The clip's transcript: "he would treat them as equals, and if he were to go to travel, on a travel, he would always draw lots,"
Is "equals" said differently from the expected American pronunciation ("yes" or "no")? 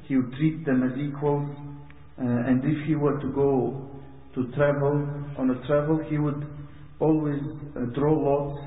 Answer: no